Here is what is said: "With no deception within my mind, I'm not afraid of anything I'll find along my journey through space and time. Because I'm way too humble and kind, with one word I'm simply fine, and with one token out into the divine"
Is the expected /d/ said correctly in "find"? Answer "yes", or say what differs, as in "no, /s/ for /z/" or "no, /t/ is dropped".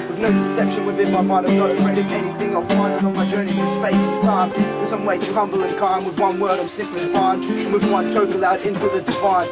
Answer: no, /d/ is dropped